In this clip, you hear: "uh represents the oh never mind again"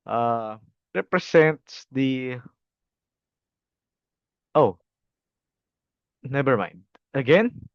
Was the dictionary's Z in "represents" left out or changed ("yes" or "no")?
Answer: yes